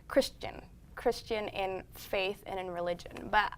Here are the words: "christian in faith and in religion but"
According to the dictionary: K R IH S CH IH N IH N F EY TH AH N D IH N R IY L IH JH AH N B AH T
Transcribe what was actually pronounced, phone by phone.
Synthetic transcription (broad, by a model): K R IH S CH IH N IH N F EY TH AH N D IH N R IY L IH JH AH N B AH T